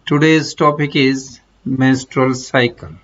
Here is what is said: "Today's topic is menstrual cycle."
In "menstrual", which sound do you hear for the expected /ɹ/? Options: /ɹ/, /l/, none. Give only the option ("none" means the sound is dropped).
/ɹ/